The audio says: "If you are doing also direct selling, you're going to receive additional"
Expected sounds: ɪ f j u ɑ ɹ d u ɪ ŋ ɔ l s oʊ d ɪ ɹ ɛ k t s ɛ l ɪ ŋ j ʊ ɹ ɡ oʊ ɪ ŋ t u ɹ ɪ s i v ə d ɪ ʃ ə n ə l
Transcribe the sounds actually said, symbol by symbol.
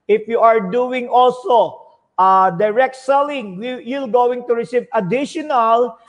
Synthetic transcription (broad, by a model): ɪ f j u ɑ ɹ d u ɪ ŋ ɔ l s oʊ d ɪ ɹ ɛ k t s ɛ l ɪ ŋ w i l ɡ oʊ ɪ ŋ t u ɹ ɪ s i v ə d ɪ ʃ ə n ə l